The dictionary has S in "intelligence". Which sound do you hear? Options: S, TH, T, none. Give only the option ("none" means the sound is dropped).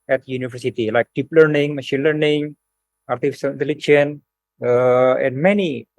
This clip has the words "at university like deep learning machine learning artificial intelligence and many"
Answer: none